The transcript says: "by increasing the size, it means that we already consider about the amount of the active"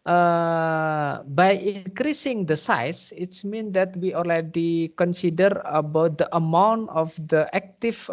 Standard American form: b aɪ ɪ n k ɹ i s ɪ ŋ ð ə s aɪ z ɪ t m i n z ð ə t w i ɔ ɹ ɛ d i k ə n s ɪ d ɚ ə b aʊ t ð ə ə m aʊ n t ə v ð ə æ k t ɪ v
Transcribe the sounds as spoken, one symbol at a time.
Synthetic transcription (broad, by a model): b aɪ ɪ n k ɹ i s ɪ ŋ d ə s aɪ s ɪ t m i n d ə t w i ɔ l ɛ d i k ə n s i d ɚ ə b aʊ t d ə ə m aʊ n t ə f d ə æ k t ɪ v